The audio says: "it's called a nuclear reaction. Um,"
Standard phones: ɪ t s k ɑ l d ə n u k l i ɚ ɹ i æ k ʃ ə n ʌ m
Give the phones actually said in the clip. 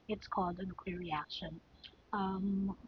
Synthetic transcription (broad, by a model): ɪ t s k ɑ l d ə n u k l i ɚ ɹ i æ k ʃ ə n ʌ m